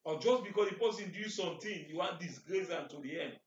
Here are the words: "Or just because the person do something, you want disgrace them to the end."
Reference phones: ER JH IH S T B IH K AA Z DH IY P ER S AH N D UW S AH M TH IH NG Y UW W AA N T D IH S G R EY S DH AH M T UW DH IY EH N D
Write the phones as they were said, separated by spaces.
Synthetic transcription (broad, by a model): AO JH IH S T B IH K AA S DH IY P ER S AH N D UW S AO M T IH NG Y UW W AA N T D IH S G R EY S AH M T UW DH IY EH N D